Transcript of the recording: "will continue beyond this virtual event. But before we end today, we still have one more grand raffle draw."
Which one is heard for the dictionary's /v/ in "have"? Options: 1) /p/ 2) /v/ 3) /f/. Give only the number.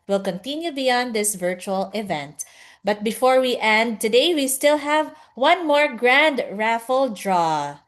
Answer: 2